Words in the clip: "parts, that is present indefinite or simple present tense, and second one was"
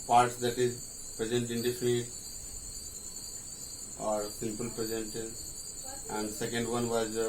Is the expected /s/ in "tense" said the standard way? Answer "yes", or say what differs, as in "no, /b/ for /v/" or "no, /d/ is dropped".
no, /s/ is dropped